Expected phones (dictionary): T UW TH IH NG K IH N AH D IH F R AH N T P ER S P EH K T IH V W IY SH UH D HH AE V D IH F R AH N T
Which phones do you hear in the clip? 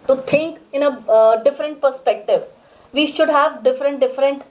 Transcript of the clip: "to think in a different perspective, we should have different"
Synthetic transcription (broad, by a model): T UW T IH NG K IH N AH D IH F R AH N T P ER S P EH K T IH V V IY SH UH D HH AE V D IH F R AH N T